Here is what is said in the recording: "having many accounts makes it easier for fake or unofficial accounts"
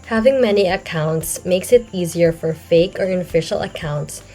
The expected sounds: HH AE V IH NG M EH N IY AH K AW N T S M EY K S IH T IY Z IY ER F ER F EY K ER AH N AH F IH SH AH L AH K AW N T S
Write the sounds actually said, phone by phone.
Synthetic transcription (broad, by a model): HH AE V IH NG M EH N IY AH K AW N T S M EY K S IH T IY Z IY ER F ER F EY K ER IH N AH F IH SH L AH K AW N T S